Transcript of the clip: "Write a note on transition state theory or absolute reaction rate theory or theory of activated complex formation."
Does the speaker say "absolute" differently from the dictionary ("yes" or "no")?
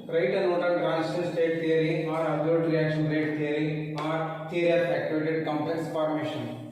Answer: yes